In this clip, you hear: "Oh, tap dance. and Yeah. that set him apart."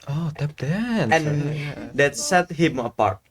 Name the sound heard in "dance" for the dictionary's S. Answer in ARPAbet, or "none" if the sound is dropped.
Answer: none